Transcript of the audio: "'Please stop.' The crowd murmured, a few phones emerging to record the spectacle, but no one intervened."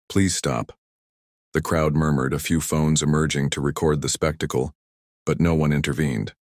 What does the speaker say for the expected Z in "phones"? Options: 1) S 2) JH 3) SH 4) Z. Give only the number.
4